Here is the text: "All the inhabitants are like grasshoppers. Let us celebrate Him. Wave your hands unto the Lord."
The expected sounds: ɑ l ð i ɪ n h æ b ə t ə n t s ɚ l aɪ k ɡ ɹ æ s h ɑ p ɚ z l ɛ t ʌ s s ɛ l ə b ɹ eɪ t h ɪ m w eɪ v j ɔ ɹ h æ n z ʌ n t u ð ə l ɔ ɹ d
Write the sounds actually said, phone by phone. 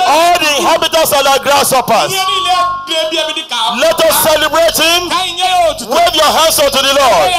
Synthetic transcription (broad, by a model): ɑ l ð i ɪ n h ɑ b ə t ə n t s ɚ n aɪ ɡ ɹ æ s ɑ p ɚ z l ɛ t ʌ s s ɛ l ə b ɹ eɪ t h ɪ m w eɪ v j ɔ h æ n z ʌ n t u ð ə l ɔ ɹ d